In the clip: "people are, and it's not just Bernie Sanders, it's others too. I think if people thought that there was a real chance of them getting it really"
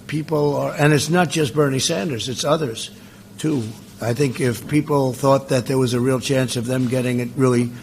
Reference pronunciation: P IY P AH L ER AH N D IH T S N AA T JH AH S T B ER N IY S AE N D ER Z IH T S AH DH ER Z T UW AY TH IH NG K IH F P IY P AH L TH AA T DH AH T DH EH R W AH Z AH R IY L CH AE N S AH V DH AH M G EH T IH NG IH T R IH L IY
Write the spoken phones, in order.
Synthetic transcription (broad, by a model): P IY P L ER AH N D IH T S N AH T JH AH S T B ER N IY S AE N D ER Z IH T S AH DH ER Z T UW AY TH IH NG K IH F P IY P L TH AA T DH AH T DH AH R W AH Z AH R IY L CH AE N S AH V DH AH M G EH T IH NG IH T R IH L IY